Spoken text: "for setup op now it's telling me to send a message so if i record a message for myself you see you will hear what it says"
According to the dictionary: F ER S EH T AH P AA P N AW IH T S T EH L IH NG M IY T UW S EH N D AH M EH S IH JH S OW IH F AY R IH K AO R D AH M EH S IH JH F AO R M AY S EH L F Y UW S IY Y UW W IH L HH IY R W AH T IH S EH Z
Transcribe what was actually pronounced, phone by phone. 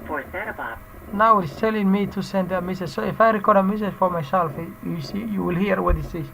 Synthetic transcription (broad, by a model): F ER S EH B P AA N AW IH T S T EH L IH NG M IY T UW S EH N D AH M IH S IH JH S OW IH F AY R IH K AO R D AH M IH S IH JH F AO R M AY SH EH L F Y UW S IY Y UW W IH L HH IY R W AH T IH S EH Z